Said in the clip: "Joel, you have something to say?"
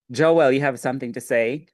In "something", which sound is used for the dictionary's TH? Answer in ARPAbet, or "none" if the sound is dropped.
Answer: TH